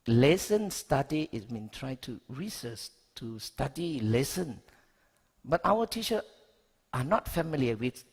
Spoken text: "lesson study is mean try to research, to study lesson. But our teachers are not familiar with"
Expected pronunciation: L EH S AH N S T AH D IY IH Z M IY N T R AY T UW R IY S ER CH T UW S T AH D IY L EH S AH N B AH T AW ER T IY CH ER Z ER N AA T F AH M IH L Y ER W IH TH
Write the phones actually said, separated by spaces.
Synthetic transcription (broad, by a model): L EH S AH N S T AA D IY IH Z M IY N T R AY T UW R IY S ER S T UW S T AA D IY L EH S AH N B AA T AW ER T IY CH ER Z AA N AA T F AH M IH L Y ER W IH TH